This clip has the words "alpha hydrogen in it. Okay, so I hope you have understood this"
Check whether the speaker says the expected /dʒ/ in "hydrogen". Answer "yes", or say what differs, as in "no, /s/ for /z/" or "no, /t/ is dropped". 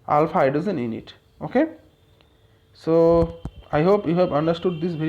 no, /z/ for /dʒ/